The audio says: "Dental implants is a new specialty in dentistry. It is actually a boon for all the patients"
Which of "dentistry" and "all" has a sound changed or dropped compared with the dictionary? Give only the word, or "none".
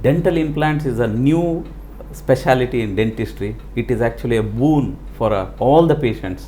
none